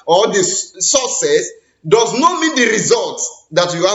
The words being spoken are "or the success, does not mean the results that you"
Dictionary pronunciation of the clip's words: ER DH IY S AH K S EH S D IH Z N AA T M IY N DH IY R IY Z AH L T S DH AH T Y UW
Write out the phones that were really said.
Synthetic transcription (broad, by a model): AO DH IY S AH S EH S D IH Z N AA T M IY N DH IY R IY Z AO L T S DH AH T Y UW